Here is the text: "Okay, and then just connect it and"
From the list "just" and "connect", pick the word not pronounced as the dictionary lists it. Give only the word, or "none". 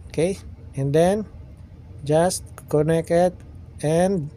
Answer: connect